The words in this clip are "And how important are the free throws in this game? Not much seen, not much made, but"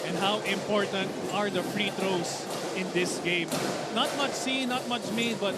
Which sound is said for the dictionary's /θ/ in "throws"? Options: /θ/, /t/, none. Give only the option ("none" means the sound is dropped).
/t/